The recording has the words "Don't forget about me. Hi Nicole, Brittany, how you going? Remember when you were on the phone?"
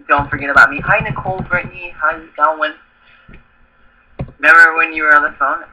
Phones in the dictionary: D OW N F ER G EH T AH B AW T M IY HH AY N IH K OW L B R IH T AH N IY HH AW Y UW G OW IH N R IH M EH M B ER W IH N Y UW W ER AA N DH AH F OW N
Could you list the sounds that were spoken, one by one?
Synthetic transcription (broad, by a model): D OW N F ER G EH T AH B AW T M IY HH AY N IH K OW L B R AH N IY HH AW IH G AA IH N W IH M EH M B ER W IH N Y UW W ER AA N DH AH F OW N